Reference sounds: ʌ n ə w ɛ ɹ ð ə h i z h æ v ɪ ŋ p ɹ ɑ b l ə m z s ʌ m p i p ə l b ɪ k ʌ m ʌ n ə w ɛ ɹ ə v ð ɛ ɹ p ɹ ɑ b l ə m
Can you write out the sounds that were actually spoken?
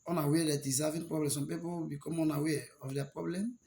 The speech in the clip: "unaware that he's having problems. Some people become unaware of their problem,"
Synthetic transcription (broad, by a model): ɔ n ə w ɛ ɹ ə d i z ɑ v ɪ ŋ p ɹ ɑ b l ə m s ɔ m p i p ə w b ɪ k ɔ m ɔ n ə w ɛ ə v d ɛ p ɹ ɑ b l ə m